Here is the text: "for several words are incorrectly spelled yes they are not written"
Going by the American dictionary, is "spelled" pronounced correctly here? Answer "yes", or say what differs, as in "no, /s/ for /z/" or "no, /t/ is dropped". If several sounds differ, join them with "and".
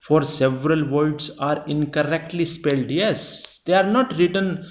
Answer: yes